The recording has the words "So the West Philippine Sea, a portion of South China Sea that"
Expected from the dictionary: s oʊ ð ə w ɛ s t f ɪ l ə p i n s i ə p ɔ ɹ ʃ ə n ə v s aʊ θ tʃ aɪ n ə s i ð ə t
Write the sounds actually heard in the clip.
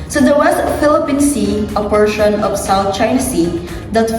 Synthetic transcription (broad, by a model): s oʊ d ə w ɛ s t f ɪ l ə p i n s i ə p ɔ ɹ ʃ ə n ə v s aʊ θ tʃ aɪ n ə s i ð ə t